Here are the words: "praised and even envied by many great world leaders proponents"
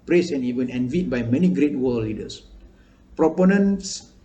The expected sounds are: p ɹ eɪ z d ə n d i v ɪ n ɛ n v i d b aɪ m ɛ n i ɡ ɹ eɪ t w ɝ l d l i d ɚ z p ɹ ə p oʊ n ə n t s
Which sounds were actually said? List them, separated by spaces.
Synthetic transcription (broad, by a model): p ɹ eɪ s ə n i w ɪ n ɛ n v i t b aɪ m ɛ n i ɡ ɹ eɪ t w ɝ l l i d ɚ s p ɹ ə p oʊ n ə n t s